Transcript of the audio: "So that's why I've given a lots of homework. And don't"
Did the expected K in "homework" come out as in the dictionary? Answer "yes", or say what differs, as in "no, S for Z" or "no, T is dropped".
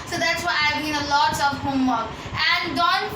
no, K is dropped